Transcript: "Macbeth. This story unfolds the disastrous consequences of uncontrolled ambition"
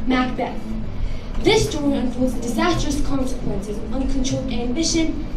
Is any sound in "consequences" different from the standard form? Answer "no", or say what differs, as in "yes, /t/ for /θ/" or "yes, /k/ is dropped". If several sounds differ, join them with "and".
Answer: no